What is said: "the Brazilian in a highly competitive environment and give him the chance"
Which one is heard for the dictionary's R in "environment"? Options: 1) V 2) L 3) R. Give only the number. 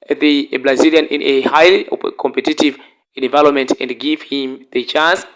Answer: 2